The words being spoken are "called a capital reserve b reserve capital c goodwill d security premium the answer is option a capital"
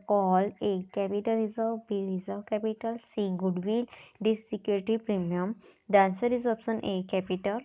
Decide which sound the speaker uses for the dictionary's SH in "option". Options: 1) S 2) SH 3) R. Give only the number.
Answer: 1